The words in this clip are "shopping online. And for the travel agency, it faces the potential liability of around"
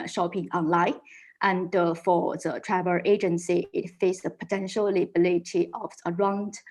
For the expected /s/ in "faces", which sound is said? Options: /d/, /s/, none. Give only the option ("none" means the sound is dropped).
none